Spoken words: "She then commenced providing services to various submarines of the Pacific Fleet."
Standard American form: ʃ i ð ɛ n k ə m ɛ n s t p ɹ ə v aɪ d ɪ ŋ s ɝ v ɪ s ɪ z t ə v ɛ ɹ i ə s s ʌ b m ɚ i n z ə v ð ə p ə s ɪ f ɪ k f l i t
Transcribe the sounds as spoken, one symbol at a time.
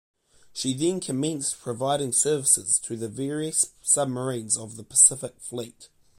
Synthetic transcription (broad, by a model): ʃ i ð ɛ n k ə m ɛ n s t p ɹ ə v aɪ d ɪ ŋ s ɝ v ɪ s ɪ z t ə v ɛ ɹ i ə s s ʌ b m ɚ i n z ə v ð ə p ə s ɪ f ɪ k f l i t